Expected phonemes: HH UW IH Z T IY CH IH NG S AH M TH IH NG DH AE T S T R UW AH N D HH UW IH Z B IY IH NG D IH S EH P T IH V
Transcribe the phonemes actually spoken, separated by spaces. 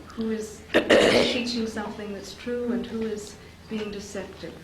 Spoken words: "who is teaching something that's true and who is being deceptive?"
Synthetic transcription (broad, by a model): HH UW IH Z T IY CH IH NG S AH M TH IH NG DH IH T S T R UW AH N HH UW IH Z B IY IH NG D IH S EH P T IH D